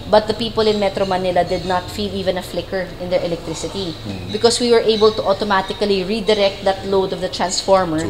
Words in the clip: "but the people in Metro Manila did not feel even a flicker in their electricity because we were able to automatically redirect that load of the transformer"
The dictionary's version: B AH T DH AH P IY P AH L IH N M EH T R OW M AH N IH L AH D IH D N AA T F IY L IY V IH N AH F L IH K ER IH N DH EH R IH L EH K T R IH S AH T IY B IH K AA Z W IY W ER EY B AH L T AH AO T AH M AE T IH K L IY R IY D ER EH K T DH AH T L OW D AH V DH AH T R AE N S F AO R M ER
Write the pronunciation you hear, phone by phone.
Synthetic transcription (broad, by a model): B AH T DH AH P IY P AH L IH N M EH T R OW M AH N IH L AH D IH D N AA T F IY L IY V IH N AH F L IH K ER IH N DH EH R IH L EH K T R IH S AH T IY B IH K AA S W IY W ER EY B AH L T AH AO T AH M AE T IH K L IY R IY D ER EH K T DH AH T L OW D AH V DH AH T R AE N S F AO R M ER